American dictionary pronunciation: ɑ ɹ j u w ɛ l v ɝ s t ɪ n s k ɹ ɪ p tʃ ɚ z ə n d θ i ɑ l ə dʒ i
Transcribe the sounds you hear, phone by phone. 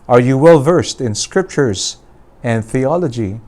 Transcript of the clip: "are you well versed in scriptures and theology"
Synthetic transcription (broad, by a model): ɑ ɹ j u w ɛ l v ɝ s t ɪ n s k ɹ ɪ p tʃ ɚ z ə n d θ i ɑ l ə dʒ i